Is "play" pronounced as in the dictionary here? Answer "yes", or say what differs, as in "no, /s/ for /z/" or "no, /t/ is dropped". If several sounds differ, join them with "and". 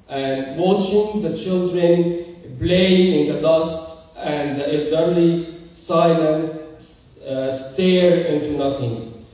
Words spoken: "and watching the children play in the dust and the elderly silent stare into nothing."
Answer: no, /b/ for /p/